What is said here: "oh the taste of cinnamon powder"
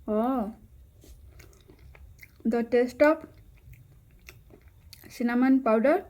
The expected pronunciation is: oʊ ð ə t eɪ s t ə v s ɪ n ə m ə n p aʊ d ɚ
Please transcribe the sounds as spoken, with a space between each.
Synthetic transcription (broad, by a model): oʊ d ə t eɪ s t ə p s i n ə m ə n p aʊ d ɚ